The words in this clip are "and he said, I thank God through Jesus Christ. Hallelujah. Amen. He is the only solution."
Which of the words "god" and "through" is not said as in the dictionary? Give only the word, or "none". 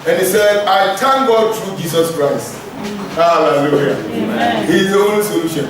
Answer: through